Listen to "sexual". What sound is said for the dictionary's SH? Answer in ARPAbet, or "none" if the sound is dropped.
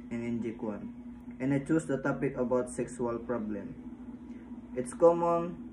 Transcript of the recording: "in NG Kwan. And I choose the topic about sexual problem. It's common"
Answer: S